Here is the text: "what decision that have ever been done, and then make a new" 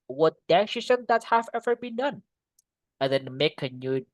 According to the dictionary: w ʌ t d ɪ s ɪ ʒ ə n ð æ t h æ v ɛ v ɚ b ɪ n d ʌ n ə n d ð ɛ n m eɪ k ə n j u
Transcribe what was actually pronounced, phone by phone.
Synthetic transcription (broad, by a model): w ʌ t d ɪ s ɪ s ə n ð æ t h æ v ɛ v ɚ b ɪ n d ʌ n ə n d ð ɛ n m eɪ k ə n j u